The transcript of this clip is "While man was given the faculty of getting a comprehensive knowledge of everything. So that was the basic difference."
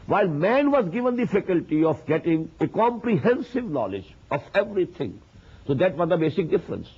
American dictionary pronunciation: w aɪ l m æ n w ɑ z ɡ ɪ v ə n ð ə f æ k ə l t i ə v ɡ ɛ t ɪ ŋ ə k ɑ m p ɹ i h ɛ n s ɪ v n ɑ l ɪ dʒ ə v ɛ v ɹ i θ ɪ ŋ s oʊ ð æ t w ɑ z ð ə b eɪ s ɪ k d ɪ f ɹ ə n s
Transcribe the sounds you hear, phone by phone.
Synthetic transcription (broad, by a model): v aɪ l m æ n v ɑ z ɡ ɪ v ə n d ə f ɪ k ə l t i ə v ɡ ɛ t ɪ ŋ ə k ɑ m p ɹ i h ɛ n s ɪ v n ɑ l ɪ dʒ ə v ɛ v ɹ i t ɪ ŋ s oʊ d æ t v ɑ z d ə b eɪ s ɪ k d ɪ f ɹ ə n s